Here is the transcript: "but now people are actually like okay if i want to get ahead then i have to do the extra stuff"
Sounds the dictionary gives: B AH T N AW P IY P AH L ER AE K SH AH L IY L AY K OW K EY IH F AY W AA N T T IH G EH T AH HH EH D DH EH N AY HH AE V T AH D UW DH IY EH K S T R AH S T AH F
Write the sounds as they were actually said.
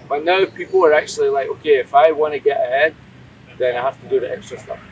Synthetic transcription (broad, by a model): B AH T N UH P IY P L ER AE K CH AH L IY L AY K OW K EY IH F AY W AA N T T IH G EH T AH HH EH D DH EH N AY HH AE F T AH D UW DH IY EH K S T R AH S T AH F